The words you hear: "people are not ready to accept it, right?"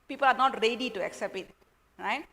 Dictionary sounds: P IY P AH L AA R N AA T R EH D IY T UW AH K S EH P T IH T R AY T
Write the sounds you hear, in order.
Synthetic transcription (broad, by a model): P IY P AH L AA R N AA T R EH D IY T UW AH K S EH P T IH T R AY T